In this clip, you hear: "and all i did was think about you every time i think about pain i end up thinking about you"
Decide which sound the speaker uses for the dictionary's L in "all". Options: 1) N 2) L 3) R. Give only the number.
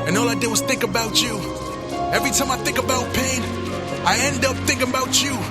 2